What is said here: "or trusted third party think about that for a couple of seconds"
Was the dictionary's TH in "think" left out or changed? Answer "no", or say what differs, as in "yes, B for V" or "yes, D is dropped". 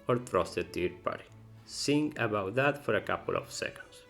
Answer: yes, S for TH